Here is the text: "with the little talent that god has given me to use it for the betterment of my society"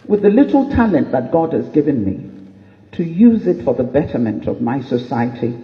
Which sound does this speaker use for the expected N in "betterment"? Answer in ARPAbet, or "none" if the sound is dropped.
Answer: N